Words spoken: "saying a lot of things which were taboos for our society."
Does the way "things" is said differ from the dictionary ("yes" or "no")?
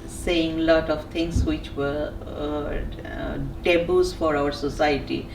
yes